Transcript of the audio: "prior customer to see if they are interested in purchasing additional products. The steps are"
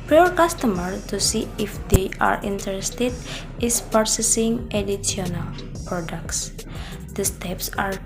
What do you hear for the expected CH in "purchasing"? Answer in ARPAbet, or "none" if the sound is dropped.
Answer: S